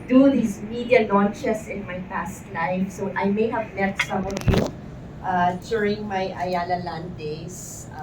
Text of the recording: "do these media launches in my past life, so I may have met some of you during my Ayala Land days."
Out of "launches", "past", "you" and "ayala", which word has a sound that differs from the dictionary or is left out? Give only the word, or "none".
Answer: launches